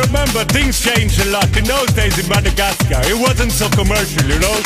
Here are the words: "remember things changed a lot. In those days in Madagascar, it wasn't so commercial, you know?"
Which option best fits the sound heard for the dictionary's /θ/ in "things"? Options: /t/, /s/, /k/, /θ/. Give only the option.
/θ/